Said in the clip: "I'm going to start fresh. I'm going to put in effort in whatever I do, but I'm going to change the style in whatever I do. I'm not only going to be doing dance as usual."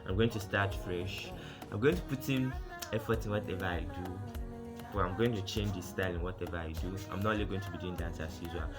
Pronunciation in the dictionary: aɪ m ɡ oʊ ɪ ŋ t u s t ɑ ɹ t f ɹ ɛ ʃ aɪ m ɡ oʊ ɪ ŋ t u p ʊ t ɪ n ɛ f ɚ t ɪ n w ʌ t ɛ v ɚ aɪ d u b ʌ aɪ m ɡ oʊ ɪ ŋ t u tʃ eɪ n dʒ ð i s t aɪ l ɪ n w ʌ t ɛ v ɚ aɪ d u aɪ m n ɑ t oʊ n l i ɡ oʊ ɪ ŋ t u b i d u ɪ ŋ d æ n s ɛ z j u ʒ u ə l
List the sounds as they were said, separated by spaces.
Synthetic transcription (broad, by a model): aɪ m ɡ oʊ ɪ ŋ t u s t ɑ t f ɹ ɛ ʃ aɪ m ɡ oʊ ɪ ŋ t u p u t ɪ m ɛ f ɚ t ɪ n w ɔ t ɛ v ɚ aɪ d u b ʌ aɪ m ɡ oʊ ɪ ŋ t u tʃ eɪ n dʒ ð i s t aɪ l ɪ n w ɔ t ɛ v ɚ aɪ d u aɪ m n ɑ t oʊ l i ɡ oʊ ɪ ŋ t u b i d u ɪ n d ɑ n s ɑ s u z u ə